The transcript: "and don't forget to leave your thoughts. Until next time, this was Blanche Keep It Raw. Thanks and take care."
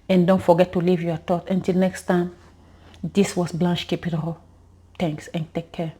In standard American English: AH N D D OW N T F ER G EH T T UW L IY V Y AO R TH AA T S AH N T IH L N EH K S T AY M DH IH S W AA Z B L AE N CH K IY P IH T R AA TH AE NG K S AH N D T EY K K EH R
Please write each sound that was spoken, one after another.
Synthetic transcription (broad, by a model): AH N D D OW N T F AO G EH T T UW L IY V Y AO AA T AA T AH N T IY L N EH K S T AY M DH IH S W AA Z B L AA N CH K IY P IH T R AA T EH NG K S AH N T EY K K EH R